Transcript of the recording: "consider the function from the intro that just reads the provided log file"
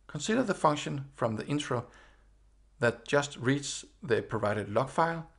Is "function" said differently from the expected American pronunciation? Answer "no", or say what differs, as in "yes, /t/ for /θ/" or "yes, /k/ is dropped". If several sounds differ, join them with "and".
no